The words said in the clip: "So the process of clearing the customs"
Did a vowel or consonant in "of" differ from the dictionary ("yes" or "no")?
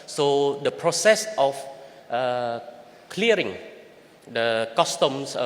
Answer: yes